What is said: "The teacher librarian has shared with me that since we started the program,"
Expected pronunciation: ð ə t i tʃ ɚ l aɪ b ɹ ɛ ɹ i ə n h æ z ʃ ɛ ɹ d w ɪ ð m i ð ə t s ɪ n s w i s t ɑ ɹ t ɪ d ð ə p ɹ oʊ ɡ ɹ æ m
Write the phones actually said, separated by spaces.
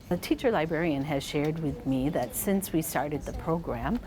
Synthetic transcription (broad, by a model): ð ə t i tʃ ɚ l aɪ b ɹ ɛ ɹ i ə n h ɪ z ʃ ɛ ɹ d w ɪ ð m i ð ə t s ɪ n s w i s t ɑ ɹ t ɪ d ð ə p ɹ oʊ ɡ ɹ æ m